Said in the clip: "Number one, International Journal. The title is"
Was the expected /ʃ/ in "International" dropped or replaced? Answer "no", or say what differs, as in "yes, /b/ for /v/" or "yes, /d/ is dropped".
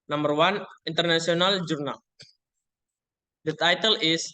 yes, /s/ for /ʃ/